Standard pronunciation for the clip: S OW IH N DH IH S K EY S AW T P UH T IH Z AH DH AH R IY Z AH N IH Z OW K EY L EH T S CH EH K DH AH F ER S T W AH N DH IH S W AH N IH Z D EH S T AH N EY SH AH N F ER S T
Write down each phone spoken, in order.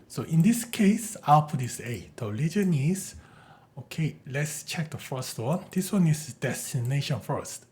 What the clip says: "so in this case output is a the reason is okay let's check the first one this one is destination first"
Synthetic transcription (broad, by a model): S OW IH N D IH S K EY S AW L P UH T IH S AH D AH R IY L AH N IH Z OW K EY L EH T S CH EH K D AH F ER S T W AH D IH S W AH N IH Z D EH S T AH N EY SH AH N F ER S T